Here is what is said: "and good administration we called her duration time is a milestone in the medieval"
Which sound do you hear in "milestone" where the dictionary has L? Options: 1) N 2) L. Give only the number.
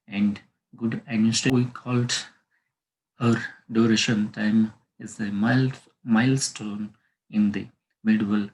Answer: 2